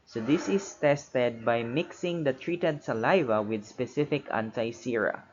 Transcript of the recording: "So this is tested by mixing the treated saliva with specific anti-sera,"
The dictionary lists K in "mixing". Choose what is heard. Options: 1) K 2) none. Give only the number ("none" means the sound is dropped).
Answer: 1